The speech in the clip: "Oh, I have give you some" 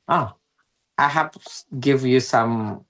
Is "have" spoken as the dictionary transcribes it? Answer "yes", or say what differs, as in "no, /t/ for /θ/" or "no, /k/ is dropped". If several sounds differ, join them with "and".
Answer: no, /p/ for /v/